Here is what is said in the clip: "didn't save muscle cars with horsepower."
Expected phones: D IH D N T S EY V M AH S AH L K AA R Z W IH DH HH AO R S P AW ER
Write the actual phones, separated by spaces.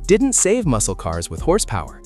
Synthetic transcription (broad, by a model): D IH D N T S EY V M AH S L K AA R Z W IH DH HH AO R S P AW ER